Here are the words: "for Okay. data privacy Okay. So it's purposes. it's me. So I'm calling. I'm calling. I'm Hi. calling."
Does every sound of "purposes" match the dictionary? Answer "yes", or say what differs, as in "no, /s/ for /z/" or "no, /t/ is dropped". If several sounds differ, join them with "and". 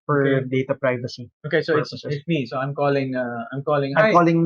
no, /z/ is dropped